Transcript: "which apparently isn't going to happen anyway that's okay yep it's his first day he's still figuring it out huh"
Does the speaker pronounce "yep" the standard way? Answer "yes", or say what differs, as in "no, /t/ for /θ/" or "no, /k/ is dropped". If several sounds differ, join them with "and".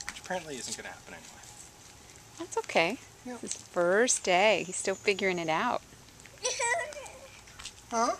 no, /p/ is dropped